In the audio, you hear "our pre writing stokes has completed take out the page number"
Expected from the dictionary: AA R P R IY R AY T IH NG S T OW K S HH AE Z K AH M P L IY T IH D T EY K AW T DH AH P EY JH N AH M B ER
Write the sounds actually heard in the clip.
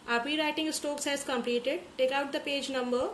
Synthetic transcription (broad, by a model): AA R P IY R AY T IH NG S T OW K S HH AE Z K AH M P L IY T IH D T EY K AW T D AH P EY JH N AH M B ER